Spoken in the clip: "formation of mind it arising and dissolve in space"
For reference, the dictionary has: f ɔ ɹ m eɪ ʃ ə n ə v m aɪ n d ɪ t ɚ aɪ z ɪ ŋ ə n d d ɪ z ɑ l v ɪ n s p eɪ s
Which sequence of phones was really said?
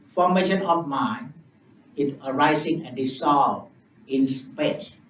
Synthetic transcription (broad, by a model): f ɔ m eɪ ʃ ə n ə f m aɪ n ɪ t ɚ aɪ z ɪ ŋ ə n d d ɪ s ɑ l ɪ n s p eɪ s